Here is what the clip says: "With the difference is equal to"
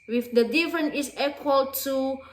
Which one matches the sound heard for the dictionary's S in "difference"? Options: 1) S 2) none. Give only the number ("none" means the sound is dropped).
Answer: 2